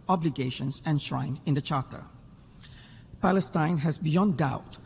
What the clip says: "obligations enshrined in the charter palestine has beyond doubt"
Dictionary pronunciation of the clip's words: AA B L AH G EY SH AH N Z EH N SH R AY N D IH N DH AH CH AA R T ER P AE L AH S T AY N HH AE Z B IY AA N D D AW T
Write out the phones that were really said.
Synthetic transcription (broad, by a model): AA B L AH G EY SH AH N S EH N SH R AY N IH N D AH CH AA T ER P AE L AH S T AY N HH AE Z B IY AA N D D AW T